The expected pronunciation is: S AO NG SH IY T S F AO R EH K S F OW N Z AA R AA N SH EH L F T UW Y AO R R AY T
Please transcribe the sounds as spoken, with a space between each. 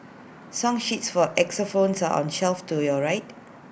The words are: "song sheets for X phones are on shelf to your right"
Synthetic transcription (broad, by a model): S AO NG SH IY T S F AO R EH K S F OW N S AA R AA N SH EH L F T UW Y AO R R AY T